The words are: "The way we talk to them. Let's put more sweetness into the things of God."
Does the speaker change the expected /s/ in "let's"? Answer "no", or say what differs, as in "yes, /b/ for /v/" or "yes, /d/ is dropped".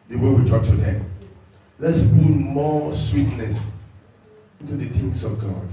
no